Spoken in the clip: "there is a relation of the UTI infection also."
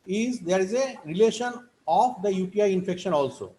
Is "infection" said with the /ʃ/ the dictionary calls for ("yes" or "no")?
yes